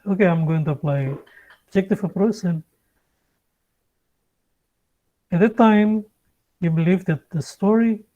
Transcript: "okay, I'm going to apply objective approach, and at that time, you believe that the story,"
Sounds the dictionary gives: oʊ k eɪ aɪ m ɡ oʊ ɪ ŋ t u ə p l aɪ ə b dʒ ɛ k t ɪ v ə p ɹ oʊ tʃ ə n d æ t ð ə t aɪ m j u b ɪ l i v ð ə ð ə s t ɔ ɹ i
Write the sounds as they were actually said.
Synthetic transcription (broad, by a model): oʊ k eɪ aɪ m ɡ oʊ ɪ ŋ t u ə p l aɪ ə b dʒ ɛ k t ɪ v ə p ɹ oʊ s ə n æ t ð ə t aɪ m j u b ɪ l i v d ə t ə s t ɔ ɹ i